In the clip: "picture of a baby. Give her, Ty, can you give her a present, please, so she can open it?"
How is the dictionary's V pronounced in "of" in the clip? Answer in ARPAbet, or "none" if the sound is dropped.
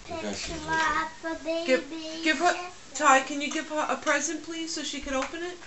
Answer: B